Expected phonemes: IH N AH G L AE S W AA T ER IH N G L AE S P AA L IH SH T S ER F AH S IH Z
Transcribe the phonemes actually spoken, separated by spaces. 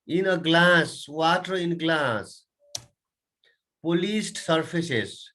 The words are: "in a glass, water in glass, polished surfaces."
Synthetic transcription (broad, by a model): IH N AH G L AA S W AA T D IH N G L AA S P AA L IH S T S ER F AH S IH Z